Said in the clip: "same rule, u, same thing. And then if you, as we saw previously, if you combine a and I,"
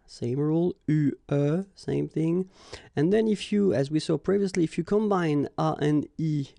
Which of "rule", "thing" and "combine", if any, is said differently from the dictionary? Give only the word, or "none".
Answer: none